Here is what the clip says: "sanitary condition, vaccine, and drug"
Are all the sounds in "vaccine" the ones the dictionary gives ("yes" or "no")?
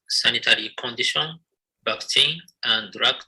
no